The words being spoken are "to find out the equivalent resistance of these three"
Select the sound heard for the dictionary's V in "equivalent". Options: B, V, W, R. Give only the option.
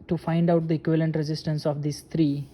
V